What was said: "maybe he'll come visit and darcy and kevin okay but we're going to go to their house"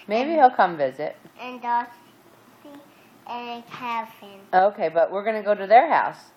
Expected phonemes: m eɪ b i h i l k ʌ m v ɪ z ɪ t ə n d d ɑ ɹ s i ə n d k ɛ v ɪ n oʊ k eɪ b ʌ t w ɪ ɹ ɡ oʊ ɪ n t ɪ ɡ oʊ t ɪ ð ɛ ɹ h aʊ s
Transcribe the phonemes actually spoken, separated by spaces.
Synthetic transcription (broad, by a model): m eɪ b i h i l k ʌ m v ɪ z ɪ t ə n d d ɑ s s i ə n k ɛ f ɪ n oʊ k eɪ b ʌ t w ɪ ɹ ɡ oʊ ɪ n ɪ ɡ oʊ t ɪ ð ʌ ɹ h aʊ s